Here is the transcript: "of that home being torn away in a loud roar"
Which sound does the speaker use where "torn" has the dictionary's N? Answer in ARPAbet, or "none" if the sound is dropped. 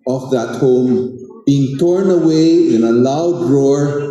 N